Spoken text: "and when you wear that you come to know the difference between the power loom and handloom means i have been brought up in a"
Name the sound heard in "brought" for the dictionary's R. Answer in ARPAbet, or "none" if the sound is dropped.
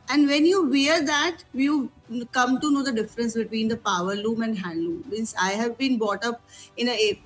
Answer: none